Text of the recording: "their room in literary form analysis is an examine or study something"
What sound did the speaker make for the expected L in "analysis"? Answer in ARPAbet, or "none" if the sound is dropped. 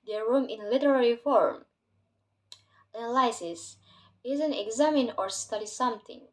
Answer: none